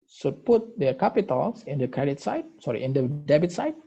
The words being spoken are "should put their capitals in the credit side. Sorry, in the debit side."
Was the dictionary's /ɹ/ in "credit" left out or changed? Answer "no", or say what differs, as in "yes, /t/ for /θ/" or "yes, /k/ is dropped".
no